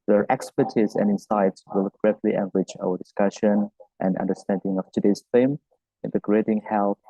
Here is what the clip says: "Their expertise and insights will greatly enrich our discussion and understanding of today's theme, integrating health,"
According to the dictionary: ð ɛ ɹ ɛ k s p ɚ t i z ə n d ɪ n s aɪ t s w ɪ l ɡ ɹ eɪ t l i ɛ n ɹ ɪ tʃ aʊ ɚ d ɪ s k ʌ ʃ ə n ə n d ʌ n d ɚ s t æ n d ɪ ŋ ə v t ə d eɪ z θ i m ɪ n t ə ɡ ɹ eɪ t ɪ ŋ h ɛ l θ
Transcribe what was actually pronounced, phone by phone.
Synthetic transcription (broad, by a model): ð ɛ ɹ ɛ k s p ɚ t i z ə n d ɪ n s aɪ t s w ɪ l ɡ ɹ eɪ t l i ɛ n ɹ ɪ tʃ aʊ ɚ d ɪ s k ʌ ʃ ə n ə n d ʌ n d ɚ s t æ n d ɪ ŋ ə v t ə d eɪ z f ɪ m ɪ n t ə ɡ ɹ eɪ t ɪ ŋ h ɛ l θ